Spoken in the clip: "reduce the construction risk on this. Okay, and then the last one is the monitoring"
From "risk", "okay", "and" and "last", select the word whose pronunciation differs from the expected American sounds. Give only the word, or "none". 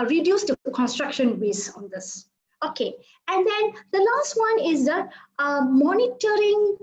risk